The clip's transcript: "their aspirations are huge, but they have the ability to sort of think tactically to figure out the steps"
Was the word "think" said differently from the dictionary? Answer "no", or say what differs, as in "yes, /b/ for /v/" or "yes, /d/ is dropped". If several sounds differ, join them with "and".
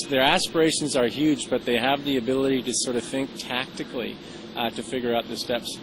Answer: no